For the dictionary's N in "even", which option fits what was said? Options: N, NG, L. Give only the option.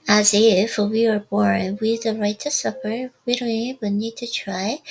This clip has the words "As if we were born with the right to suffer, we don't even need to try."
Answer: L